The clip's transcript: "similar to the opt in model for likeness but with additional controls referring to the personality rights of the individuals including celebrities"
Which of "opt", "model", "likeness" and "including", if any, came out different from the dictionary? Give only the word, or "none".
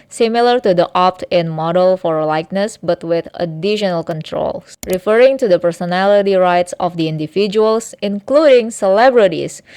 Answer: none